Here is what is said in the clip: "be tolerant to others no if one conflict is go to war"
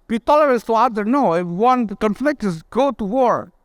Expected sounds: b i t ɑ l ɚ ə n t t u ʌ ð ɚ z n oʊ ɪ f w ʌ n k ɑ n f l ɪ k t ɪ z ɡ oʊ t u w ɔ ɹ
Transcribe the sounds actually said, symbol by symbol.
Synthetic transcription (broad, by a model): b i t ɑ l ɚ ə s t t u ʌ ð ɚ n oʊ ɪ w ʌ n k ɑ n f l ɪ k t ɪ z ɡ oʊ t u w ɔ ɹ